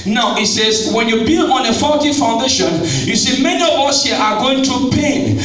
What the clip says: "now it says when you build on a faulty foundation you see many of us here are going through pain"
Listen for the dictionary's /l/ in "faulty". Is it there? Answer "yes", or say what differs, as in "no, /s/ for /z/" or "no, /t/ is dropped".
no, /l/ is dropped